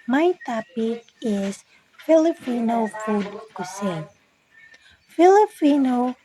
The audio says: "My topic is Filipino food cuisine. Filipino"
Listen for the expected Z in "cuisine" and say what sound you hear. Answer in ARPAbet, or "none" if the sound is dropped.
S